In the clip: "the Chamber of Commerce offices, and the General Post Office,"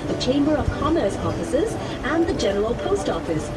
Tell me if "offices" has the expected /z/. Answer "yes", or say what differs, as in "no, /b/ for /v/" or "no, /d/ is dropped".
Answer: yes